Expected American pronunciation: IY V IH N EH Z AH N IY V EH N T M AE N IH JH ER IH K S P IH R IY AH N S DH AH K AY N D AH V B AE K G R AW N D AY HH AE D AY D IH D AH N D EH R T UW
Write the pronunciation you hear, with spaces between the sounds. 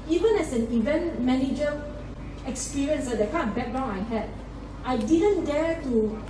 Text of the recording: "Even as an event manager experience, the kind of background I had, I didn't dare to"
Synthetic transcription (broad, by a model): IY V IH N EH S AH N IY V EH N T M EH N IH JH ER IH K S P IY R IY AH N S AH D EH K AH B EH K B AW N AY HH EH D AY D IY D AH N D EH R T UW